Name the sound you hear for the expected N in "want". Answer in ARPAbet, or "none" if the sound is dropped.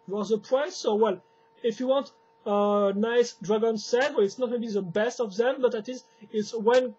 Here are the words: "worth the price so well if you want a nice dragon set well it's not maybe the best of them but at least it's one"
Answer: N